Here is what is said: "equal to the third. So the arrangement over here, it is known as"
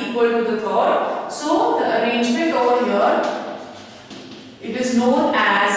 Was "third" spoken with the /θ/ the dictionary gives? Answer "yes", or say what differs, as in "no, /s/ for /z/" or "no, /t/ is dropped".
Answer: no, /t/ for /θ/